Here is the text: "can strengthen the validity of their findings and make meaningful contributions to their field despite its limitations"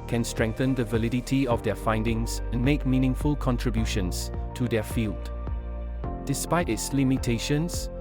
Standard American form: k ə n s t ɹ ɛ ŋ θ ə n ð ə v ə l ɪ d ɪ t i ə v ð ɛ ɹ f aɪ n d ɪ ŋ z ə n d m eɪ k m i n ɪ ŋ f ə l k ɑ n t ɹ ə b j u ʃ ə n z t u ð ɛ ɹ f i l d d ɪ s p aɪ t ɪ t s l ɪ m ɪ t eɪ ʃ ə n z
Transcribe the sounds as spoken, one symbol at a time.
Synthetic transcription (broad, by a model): k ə n s t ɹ ɛ ŋ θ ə n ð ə v ə l ɪ d ɪ t i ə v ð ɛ f aɪ n d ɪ ŋ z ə n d m eɪ k m i n ɪ ŋ f ə l k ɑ n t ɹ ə b j u ʃ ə n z t u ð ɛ f i l d d ɪ s p aɪ t ɪ t s l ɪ m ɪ t eɪ ʃ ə n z